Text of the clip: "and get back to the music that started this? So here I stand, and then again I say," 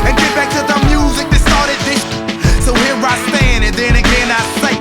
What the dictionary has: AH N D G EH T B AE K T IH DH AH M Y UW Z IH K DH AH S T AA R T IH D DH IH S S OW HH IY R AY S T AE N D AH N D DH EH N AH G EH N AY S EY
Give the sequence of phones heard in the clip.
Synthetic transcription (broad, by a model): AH N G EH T B AE K T IH DH AH M Y UW Z IH K DH AH S T AA R T IH D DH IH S S OW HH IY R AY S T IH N AH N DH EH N AH G EH N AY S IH